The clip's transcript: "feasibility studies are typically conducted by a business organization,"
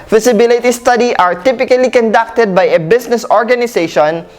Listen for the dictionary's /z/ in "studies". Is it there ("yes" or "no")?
no